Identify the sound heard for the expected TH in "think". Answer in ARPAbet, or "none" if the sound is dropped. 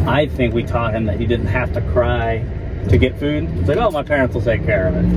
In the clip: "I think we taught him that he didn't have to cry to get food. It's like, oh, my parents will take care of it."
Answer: TH